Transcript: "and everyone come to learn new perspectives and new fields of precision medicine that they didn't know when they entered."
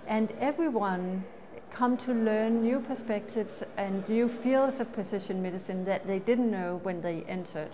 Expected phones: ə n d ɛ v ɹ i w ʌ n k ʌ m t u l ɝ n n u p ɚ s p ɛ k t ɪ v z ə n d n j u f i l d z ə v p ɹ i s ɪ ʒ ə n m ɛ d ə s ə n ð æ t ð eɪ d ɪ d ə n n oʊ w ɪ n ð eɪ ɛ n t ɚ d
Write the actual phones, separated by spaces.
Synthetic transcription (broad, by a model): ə n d ɛ v ɹ i w ʌ n k ʌ m t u l ɝ n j u p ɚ s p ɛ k t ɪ v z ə n n j u f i l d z ə v p i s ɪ ʃ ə n m ɛ d ə s ə n ð æ t ð eɪ d ɪ d n n oʊ w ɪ n ð eɪ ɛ n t ɚ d